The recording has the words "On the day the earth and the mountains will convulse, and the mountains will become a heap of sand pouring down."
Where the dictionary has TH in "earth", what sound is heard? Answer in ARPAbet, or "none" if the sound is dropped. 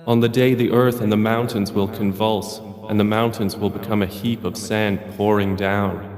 TH